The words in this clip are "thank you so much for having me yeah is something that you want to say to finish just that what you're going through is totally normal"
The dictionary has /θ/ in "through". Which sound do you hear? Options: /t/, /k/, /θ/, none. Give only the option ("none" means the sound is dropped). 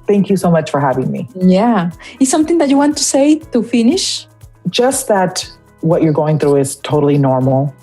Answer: /θ/